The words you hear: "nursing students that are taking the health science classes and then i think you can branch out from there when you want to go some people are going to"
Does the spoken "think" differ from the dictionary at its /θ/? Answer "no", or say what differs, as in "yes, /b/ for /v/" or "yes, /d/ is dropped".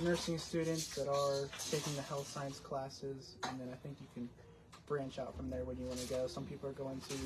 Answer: no